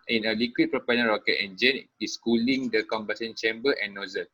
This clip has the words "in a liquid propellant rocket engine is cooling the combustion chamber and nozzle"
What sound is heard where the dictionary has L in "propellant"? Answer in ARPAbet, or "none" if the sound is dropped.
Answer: N